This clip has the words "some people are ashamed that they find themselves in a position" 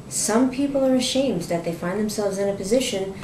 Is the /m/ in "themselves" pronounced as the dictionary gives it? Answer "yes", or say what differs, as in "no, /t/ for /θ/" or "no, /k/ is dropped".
yes